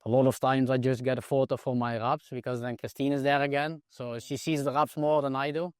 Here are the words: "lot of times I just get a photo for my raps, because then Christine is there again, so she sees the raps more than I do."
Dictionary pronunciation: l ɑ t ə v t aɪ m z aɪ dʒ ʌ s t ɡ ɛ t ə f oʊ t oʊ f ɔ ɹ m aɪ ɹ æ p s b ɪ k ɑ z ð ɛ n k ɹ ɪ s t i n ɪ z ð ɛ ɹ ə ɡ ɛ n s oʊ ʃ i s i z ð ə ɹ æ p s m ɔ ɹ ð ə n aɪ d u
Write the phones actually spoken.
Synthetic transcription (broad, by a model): l ɑ t ə v t aɪ m z aɪ dʒ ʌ s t ɡ ɛ t ə f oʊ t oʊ f ɔ ɹ m aɪ ɹ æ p s b ɪ k ɑ z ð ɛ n k ɹ ɪ s t i n ɪ z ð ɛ ɹ ə ɡ ɛ n s oʊ ʃ i s i z ð ə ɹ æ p s m ɔ ɹ ð ə n aɪ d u